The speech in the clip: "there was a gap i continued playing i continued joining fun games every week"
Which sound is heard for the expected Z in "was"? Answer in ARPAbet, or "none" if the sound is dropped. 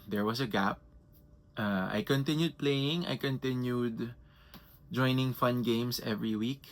S